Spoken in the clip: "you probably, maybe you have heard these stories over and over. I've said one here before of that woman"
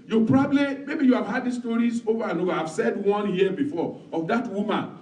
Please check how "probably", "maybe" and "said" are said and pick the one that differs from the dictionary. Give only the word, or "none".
none